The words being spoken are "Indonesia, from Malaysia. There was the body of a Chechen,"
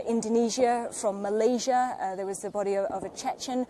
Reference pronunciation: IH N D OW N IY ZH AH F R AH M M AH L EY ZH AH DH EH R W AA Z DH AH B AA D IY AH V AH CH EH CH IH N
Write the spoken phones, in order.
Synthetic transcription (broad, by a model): IH N D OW N IY ZH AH F R AH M M AH L EY ZH AH DH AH W AA Z DH AH B AA D IY AH V AH CH EH CH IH N